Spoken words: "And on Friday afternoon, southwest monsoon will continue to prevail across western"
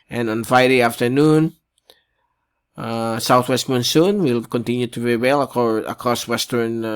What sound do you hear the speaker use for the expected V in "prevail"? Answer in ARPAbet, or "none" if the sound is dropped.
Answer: W